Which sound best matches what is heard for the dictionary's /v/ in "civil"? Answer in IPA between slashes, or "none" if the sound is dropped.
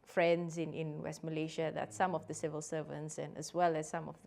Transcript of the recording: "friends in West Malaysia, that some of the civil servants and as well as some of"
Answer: /v/